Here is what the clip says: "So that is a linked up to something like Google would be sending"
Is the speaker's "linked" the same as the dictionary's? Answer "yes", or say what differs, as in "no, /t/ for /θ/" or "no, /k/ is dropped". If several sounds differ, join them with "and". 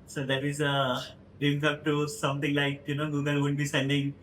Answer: no, /ŋ/ is dropped